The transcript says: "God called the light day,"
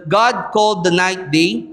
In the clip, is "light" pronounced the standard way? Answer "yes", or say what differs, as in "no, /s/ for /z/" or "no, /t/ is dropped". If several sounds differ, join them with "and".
no, /n/ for /l/